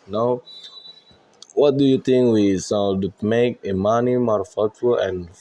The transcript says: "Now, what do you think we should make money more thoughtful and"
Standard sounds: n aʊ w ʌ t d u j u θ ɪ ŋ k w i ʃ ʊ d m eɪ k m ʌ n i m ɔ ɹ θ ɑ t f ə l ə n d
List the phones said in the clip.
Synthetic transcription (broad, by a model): n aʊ w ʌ t d u j u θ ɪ ŋ k w i s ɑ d m eɪ k m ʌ n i m ɔ ɹ f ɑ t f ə l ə n